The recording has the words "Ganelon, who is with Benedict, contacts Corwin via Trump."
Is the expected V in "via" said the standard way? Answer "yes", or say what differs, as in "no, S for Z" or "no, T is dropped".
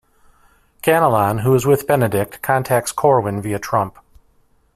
yes